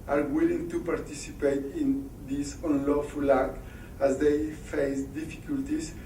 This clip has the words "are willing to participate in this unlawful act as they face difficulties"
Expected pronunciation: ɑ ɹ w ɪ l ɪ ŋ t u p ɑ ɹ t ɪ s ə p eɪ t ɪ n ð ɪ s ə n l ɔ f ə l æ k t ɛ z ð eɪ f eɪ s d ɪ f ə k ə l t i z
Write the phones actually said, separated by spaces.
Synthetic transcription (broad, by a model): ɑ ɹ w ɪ l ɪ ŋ t u p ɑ ɹ t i s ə p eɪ t ɪ n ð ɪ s ə n l ɔ f ə l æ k ɑ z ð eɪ f eɪ s d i f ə k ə l t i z